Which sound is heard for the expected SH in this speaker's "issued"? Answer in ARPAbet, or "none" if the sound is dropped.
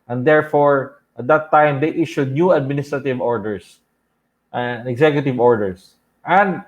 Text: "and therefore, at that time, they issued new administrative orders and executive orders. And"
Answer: SH